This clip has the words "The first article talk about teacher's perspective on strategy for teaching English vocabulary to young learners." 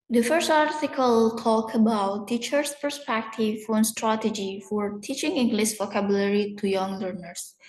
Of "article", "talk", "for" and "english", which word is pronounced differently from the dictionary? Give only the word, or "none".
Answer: english